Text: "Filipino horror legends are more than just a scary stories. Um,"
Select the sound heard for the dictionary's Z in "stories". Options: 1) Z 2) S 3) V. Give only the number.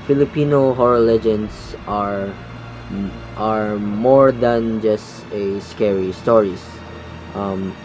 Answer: 2